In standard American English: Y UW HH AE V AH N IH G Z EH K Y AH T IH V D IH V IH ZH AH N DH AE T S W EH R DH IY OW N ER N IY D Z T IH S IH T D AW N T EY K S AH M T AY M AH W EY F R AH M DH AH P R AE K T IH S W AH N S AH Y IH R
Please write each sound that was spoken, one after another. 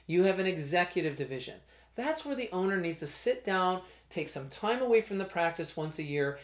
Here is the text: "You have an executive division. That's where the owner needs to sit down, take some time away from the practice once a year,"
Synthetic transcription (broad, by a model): Y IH V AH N IH G Z EH K Y AH T IH V D IH V IH ZH AH N DH AE T S W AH R DH IY OW N ER N IY D Z T IH S IH T D AW N T EY K S AH M T AY M AH W EY F R AH M DH AH P R AE K T IH S W AH N S AH Y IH R